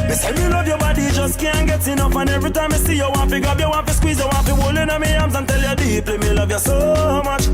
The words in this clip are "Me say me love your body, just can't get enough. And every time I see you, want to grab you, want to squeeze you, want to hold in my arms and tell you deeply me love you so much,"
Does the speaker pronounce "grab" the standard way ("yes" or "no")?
no